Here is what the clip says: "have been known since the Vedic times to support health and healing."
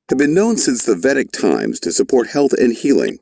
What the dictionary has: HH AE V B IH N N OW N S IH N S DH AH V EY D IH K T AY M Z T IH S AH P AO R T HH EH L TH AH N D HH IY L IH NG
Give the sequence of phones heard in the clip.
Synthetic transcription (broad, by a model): HH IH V B IH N N OW N S IH N S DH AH V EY D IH K T AY M Z T IH S AH P AO R T HH EH L TH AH N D HH IY L IH NG